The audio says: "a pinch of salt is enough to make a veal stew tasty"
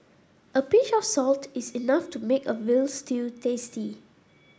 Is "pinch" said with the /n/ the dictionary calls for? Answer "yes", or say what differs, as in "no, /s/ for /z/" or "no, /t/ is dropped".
no, /n/ is dropped